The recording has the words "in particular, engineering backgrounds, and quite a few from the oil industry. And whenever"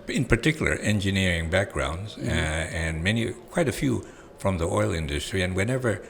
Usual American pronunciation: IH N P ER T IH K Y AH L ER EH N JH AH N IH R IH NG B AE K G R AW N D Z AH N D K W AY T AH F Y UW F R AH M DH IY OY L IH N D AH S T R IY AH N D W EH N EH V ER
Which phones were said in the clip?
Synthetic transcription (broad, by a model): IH N P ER T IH K Y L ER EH N JH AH N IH R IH NG B AE K G R AW N D Z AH N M K W AY T AH F Y UW F R AH M DH IY OY L IH N D AH S T R IY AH N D W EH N EH V ER